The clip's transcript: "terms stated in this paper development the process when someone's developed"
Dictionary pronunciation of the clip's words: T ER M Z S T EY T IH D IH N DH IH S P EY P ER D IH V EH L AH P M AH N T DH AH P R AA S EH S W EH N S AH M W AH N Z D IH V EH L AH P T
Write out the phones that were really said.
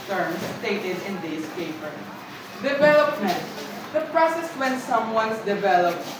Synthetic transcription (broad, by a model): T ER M S T EY T IH D IH N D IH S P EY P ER D IH V EH L AH P M AH N T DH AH P R AA S EH S W EH N S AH M W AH N S D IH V EH L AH P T